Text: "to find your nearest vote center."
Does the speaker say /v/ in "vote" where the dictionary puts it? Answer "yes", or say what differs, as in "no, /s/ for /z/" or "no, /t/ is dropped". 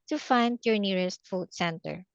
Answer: no, /f/ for /v/